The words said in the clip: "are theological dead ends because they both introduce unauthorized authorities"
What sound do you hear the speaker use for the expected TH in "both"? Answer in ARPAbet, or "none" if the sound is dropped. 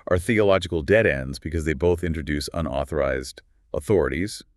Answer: TH